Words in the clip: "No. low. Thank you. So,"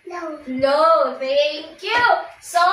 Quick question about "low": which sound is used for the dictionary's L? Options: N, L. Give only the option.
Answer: N